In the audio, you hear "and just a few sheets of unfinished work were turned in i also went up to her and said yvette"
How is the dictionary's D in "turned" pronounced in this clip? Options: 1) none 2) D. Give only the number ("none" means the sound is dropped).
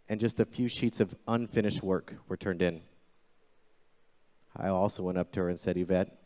2